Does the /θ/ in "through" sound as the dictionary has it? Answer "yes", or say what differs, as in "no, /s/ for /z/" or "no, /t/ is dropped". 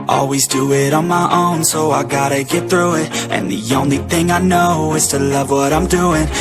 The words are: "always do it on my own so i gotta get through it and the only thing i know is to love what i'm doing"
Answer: yes